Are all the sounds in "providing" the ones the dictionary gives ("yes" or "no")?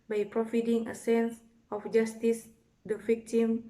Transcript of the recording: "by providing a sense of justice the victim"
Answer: no